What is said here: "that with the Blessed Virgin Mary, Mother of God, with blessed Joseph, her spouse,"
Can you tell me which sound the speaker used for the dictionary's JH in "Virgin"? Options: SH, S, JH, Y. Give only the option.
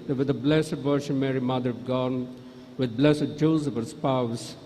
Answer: SH